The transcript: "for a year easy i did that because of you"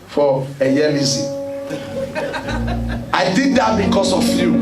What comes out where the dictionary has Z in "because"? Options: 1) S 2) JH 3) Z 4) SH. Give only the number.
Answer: 1